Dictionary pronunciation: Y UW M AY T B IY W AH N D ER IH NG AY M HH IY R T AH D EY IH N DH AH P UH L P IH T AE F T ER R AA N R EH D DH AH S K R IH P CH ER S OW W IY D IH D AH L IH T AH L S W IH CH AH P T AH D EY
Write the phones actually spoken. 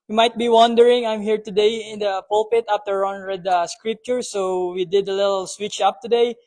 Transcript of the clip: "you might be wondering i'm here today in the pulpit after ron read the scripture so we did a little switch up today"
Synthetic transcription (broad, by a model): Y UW M AY T B IY W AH N D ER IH NG AY M HH IY R T AH D EY IH N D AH P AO L P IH T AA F T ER R AA N R EH D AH S K R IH P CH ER S OW W IY D IH D AH L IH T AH L S W IH CH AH P T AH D EY